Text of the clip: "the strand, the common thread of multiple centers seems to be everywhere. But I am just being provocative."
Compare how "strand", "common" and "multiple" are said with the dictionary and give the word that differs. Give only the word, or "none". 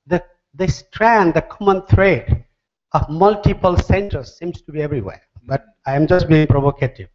none